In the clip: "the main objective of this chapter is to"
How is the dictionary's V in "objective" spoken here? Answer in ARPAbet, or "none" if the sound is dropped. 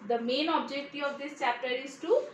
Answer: none